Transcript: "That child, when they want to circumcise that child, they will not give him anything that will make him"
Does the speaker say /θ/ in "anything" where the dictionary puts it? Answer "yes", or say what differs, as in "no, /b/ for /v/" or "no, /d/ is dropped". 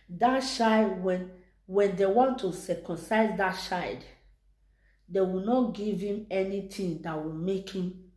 no, /t/ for /θ/